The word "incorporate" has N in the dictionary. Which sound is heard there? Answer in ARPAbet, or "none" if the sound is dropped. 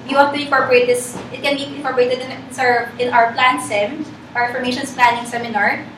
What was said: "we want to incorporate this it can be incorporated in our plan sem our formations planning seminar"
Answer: none